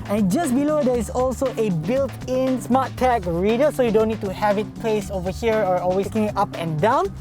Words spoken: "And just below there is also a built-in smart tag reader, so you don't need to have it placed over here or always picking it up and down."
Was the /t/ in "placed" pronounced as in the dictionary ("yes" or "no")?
no